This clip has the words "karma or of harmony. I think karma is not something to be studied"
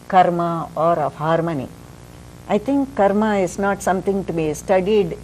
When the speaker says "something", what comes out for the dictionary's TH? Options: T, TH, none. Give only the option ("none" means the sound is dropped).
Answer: T